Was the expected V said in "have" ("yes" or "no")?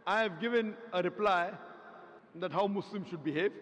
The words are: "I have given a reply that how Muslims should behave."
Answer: yes